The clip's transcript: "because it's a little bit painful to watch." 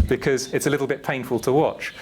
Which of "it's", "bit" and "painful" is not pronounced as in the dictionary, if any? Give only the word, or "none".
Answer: none